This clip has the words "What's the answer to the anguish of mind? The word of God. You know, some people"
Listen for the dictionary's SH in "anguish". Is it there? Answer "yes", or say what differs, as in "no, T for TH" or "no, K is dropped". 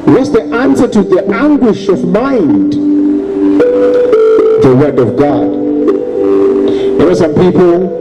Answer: yes